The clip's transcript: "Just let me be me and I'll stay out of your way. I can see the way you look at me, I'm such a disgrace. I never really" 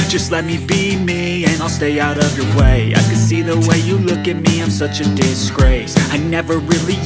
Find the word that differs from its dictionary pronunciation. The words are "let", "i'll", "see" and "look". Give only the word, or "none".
none